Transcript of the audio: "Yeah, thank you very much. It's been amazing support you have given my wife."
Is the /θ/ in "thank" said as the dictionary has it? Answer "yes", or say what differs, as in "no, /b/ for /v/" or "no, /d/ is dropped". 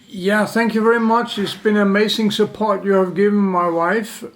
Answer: yes